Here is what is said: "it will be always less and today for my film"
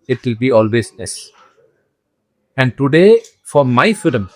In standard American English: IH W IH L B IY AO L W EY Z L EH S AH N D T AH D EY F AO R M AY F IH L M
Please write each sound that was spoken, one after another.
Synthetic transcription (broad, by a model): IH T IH L B IY AO L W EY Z N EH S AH N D T AH D EY F AO R M AY F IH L M